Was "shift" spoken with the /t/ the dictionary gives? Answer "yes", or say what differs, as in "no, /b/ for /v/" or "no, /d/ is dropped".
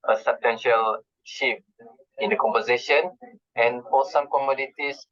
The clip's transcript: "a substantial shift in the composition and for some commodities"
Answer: no, /t/ is dropped